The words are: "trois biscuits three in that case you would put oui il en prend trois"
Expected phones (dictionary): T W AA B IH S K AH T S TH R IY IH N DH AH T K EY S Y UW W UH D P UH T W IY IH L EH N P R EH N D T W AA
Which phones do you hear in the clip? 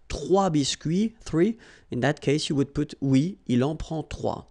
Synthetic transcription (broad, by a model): T W AA B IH S K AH TH R IY IH N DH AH T K EY S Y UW W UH D P UH T W IY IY L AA P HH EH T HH W AA